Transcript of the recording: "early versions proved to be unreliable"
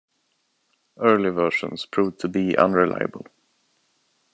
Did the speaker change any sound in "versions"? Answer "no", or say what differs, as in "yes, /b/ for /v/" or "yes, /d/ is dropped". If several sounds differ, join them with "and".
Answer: yes, /ʃ/ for /ʒ/